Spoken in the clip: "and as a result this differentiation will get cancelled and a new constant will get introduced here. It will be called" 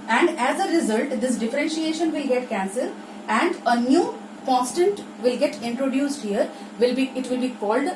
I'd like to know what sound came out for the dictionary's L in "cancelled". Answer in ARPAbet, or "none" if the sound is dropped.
none